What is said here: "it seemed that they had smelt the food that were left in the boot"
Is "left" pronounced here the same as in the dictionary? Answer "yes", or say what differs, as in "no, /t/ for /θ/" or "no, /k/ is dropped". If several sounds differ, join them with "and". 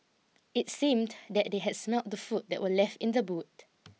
yes